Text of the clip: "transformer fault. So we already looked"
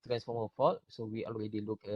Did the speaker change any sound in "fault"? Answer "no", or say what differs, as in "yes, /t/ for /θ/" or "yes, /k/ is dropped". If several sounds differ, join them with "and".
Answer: yes, /l/ is dropped